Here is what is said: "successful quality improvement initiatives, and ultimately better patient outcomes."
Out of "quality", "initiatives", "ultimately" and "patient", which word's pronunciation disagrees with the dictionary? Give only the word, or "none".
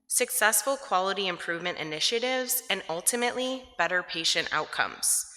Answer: none